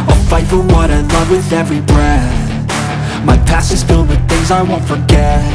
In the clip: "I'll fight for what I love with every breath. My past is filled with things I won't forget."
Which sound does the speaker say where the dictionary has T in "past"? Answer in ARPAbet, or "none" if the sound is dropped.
none